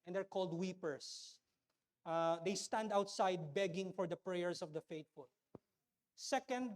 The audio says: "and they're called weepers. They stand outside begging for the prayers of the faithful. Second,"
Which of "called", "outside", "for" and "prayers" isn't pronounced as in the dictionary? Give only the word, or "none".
prayers